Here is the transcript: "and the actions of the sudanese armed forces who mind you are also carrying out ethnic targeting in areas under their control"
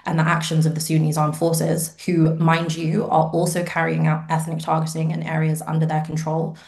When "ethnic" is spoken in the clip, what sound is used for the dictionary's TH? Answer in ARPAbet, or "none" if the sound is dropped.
TH